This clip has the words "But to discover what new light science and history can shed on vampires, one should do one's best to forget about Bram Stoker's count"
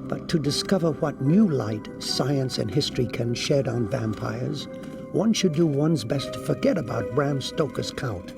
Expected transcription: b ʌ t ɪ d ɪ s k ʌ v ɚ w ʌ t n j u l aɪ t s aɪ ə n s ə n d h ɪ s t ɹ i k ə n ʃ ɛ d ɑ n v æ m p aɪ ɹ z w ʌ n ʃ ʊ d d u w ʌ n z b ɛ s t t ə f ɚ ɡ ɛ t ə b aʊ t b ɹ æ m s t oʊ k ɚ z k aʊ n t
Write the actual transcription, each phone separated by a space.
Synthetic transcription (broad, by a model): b ʌ t ɪ d ɪ s k ʌ v ɚ w ʌ t n j u l aɪ t s aɪ ə n s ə n h ɪ s t ɹ i k ə n ʃ ɛ d n v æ m p aɪ ɹ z w ʌ n ʃ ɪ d d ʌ w ʌ n z b ɛ s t t ə f ɚ ɡ ɛ t ə b aʊ t b ɹ æ m s t oʊ k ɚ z k aʊ n t